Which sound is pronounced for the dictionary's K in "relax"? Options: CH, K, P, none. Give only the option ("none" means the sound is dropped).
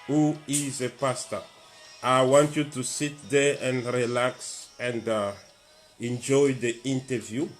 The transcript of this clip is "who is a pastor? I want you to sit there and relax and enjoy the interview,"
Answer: K